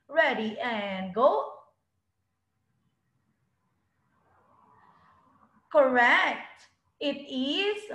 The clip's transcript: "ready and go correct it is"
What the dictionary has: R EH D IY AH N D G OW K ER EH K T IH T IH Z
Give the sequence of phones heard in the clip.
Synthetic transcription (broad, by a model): R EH D IY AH N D G OW K ER EH K T IH T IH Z